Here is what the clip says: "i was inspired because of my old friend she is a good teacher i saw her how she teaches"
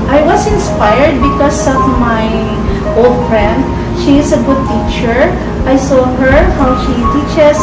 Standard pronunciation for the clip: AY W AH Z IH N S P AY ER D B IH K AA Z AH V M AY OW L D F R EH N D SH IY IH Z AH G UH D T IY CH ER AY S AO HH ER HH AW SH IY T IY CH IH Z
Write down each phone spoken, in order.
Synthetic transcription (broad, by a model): AY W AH S IH N S P AY ER D B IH K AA S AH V M AY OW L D F R EH N D SH IY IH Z AH G UH D T IY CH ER AY S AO HH ER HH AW SH IY T IY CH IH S